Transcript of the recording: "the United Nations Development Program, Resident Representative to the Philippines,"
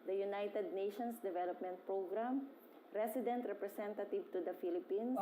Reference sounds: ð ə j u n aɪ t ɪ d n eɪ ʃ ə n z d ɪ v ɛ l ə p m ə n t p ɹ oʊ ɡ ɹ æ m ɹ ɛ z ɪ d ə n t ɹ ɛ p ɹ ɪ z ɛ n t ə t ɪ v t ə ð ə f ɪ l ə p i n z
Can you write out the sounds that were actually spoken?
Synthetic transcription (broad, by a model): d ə j u n aɪ t ɪ d n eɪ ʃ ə n s d ɪ v ɛ l ə p m ə n t p ɹ oʊ ɡ ɹ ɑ m ɹ ɛ s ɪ d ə n t ɹ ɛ p ɹ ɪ s ɛ n t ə t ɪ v t ə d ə f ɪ l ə p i n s